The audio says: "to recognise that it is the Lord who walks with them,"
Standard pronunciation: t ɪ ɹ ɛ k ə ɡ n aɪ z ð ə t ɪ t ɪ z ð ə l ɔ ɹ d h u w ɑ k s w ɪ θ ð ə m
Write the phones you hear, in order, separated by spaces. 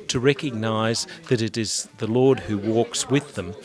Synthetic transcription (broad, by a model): t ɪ ɹ ɛ k ə ɡ n aɪ z ð ə t ɪ t ɪ z ð ə l ɔ ɹ d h u w ɑ k s w ɪ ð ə m